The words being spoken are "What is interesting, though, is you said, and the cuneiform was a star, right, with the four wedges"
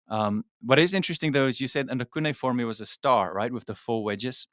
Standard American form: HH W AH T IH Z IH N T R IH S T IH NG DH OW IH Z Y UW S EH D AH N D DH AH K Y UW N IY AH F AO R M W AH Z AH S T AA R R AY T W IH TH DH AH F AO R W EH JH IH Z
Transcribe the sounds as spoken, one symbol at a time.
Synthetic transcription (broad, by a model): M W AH T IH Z IH N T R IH S T IH NG DH OW IH Z Y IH S EH D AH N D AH K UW N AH F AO R M W AH Z AH S T AA R R AY T W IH DH AH F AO L W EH JH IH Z